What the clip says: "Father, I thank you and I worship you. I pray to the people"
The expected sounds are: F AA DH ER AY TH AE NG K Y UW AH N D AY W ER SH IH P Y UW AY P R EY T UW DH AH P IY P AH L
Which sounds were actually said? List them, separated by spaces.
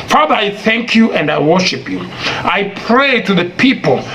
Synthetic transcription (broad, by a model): F AA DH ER AY TH AE NG K Y UW AH N D AY W ER SH IH P Y UW AY P R EY T UW DH AH P IY P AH L